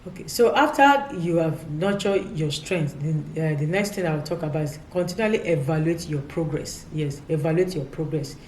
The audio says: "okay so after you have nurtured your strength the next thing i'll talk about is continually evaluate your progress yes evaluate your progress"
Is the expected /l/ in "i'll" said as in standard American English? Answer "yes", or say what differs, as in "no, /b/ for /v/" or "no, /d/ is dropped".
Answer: no, /w/ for /l/